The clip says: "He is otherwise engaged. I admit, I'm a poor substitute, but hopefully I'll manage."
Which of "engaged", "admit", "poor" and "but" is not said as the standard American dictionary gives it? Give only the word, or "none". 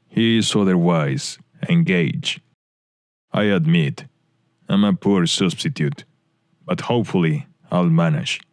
engaged